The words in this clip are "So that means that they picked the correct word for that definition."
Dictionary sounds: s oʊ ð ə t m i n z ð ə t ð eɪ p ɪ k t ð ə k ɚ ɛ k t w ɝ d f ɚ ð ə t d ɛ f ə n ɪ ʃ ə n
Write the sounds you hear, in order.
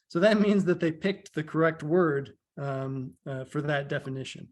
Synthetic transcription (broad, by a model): s oʊ ð ə t m i n z ð ə t ð eɪ p ɪ k t ð ə k ɚ ɛ k t w ɝ d f ɚ ð ə t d ɛ f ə n ɪ ʃ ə n